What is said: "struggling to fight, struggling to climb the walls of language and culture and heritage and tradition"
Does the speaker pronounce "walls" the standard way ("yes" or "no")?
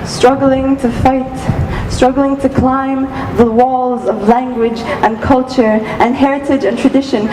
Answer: yes